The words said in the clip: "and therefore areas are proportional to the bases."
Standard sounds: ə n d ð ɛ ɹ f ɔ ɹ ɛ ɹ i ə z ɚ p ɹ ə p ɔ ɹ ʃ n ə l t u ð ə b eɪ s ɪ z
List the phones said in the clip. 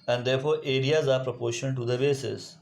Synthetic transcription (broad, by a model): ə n d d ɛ ɹ f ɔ ɹ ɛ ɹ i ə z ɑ p ɹ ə p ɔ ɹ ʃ ə n t u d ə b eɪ s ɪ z